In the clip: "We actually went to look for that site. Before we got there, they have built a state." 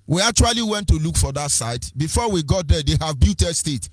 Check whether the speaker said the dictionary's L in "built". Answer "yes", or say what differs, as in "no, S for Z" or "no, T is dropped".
no, L is dropped